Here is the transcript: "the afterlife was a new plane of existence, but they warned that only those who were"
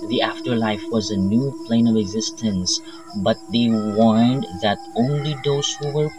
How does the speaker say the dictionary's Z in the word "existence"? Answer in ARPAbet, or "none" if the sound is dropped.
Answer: Z